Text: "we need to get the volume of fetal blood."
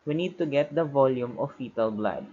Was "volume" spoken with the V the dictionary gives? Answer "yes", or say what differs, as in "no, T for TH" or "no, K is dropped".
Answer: yes